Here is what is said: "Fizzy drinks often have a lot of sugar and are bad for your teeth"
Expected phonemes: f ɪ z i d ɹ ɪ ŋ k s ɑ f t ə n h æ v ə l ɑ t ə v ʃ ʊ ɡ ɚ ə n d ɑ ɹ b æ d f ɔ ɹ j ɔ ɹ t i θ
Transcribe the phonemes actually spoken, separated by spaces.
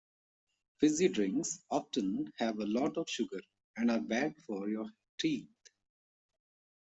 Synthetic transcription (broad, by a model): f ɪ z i d ɹ ɪ ŋ k s ɑ f t ə n h æ v ə l ɑ t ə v ʃ ʊ ɡ ɚ ə n d ɑ ɹ b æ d f ɔ ɹ j ɔ ɹ t i t